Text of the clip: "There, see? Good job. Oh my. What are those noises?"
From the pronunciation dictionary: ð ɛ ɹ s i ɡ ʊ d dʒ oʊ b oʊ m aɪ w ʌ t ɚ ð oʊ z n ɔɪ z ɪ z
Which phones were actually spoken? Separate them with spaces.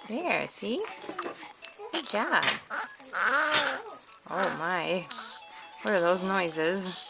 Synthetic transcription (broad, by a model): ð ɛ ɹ s i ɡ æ oʊ ʊ m aɪ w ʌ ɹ ɚ ð oʊ z n ɔɪ z ɪ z